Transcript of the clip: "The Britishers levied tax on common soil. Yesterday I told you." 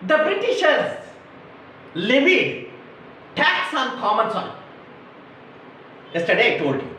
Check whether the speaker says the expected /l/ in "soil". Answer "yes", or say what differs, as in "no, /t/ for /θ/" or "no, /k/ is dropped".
no, /n/ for /l/